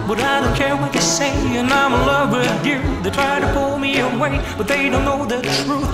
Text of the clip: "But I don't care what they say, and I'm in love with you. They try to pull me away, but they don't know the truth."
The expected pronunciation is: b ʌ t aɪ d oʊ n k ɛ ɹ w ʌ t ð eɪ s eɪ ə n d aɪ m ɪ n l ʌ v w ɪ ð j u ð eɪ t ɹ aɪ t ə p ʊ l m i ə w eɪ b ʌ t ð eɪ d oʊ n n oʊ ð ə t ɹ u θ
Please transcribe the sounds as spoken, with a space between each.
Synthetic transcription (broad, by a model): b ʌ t aɪ d oʊ n k ɛ ɹ w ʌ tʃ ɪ s eɪ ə n aɪ m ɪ l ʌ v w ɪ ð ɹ ð eɪ t ɹ aɪ t ə p ʊ l m i ə w eɪ b ʌ t ð eɪ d oʊ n n oʊ ð ə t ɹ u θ